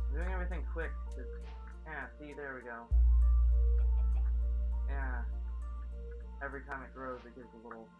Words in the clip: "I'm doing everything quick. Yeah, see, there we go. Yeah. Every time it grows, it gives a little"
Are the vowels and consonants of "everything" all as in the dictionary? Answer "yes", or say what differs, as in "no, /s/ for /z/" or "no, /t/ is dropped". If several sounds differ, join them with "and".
yes